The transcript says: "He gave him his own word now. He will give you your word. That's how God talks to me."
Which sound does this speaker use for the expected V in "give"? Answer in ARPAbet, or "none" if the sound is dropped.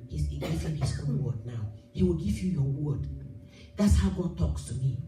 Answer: V